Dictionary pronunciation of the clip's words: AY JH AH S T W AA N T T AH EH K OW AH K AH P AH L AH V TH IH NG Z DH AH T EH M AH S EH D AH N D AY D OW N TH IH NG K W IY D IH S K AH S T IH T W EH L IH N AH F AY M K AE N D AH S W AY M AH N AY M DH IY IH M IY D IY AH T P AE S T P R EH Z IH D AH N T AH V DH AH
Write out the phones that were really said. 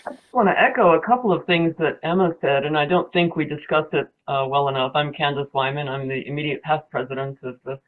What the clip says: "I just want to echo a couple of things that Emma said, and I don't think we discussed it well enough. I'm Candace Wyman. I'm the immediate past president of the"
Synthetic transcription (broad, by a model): AY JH AH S T W AA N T T EH K OW AH K AH P L AH V TH IH NG Z DH AH T EH M AH S EH D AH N AY D OW N TH IH NG K W IY D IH S K AH S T IH T W EH L IH N AH F AY M K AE N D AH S W AY M AH N AY M DH IY IH M IY D IY AH T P AE S P R EH Z IH D AH N T AH V DH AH